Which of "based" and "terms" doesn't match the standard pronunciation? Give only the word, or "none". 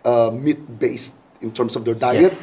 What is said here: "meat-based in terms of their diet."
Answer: terms